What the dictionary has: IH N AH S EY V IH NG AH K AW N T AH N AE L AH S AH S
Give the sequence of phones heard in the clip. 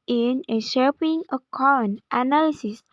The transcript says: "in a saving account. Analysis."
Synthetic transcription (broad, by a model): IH N AH SH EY P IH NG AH K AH N T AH N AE L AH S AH S